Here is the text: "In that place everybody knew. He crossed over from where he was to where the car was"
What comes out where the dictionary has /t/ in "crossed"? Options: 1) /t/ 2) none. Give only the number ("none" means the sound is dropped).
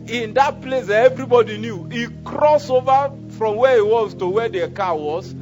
2